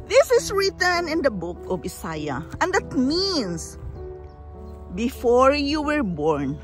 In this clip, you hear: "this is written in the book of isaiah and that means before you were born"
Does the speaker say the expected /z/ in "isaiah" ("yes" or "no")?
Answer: no